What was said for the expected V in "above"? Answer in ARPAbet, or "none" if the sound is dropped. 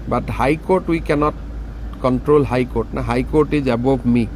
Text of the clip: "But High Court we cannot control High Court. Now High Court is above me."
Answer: P